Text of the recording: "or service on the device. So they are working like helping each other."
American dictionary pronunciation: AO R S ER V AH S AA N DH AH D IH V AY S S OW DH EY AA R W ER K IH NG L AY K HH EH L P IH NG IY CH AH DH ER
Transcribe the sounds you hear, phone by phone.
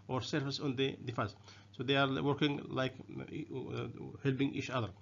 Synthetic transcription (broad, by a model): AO R S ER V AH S AA N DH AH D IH F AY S S OW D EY AA R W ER K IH NG L AY K HH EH L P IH NG IY CH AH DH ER